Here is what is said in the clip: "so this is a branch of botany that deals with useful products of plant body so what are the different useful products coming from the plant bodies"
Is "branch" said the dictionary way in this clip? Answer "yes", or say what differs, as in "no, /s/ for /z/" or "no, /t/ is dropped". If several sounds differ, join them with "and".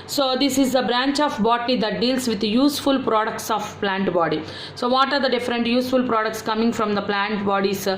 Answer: yes